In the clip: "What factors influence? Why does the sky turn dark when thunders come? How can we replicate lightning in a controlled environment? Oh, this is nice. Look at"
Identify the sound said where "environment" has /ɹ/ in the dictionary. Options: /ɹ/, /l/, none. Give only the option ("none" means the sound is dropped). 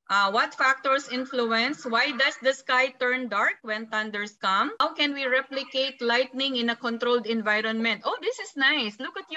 /ɹ/